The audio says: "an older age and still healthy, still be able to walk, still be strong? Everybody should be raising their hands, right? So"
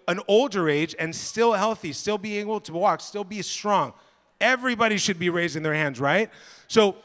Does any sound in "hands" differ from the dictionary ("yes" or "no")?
no